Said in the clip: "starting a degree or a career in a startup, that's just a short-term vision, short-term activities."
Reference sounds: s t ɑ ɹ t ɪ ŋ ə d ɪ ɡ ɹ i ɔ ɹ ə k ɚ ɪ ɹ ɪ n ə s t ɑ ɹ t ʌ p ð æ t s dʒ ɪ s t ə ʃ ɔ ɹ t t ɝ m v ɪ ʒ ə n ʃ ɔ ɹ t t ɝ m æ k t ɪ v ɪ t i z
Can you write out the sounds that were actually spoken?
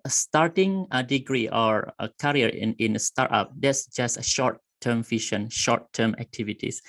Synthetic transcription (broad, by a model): s t ɑ ɹ t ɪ ŋ ə d ɪ ɡ ɹ i ɔ ɹ ə k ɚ ɹ ɪ n ə s t ɑ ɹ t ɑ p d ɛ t s dʒ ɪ s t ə ʃ ɔ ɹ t t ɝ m f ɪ ʃ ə n ʃ ɔ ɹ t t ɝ m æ k t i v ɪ t i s